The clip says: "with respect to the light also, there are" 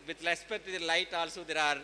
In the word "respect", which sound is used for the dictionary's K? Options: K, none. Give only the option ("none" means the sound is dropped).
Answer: none